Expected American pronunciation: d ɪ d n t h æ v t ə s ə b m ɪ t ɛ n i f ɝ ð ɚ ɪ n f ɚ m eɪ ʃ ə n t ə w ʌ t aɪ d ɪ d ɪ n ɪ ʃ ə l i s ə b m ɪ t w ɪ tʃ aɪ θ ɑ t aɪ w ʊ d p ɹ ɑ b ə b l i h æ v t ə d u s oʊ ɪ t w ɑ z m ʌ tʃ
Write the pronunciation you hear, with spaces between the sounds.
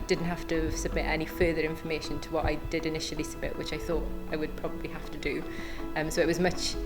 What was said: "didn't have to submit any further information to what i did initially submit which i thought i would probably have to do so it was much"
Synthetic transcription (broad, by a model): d ɪ d n t h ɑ f t ə s ə b m ɪ t ɛ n i f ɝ ð ɚ ɪ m f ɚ m eɪ ʃ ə n t ə w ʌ t aɪ d ɪ d ɪ n ɪ ʃ ə l i s ə b m ɪ t w ɪ tʃ aɪ θ ɑ t aɪ w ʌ d p ɹ ɑ b ə b l i h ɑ f t ə d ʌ s oʊ ɪ t w ɑ z m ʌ tʃ